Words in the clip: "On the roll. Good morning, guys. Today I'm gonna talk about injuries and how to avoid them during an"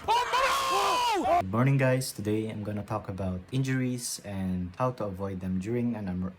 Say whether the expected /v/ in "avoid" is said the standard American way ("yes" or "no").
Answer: yes